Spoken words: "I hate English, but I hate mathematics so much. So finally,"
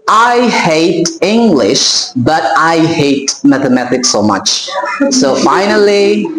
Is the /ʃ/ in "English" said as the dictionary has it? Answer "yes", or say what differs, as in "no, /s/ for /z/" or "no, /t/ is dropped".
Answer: yes